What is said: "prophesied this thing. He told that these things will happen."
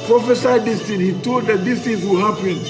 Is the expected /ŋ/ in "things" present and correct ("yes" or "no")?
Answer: no